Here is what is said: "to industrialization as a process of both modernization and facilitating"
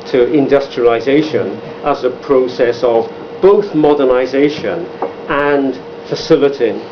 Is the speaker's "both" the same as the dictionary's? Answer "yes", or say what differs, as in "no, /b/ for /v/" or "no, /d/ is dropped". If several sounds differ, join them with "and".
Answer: yes